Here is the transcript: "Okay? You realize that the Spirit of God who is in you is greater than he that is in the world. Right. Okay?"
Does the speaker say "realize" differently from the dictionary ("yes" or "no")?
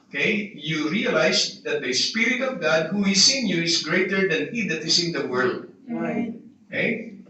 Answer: yes